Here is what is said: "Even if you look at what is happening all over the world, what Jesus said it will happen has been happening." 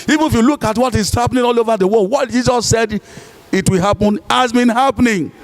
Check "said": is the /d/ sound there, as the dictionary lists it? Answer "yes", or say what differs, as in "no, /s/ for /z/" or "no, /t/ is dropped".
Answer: yes